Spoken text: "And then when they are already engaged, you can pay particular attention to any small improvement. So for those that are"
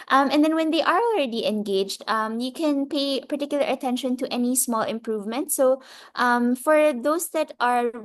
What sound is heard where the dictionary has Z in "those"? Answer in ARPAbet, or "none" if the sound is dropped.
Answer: S